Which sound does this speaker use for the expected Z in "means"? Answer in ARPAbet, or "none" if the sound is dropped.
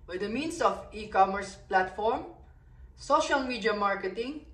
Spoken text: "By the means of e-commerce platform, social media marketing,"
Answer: S